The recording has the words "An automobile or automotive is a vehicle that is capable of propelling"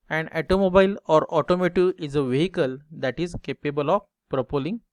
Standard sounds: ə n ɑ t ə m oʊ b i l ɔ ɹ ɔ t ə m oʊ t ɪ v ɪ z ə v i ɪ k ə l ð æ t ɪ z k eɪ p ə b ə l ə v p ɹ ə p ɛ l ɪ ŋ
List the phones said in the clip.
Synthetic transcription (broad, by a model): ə n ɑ t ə m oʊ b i l ɔ ɹ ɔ t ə m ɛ t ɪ ɪ z ə v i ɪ k ə l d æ t ɪ z k eɪ p ə b ə l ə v p ɹ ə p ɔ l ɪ ŋ